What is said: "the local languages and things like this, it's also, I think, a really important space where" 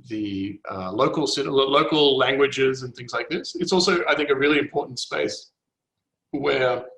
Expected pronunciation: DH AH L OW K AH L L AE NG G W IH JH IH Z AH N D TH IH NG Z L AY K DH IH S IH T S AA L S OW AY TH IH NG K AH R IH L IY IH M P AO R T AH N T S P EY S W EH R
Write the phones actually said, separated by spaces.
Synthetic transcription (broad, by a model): DH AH L OW K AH L L AE NG G W IH JH IH Z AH N TH IH NG Z L AY K DH IH S IH T S AA L S OW AY TH IH NG K AH R IH L IY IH M P AO R T N T S P EY S W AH R